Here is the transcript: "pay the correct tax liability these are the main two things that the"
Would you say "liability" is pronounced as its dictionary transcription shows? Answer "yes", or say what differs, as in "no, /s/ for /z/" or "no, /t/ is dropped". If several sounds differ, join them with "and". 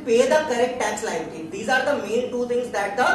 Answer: no, /b/ is dropped